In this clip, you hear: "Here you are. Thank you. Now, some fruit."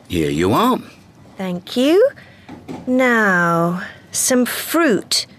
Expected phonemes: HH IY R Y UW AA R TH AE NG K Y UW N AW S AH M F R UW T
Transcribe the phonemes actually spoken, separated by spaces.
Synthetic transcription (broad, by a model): HH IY R Y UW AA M TH AE NG K Y UW N AW S AH M F R UW T